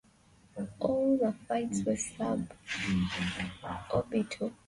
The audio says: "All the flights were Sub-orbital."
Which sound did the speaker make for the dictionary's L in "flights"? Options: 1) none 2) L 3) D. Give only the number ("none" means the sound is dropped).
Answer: 1